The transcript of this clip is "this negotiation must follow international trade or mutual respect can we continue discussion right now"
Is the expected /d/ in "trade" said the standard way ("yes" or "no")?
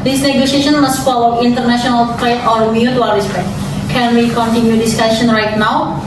no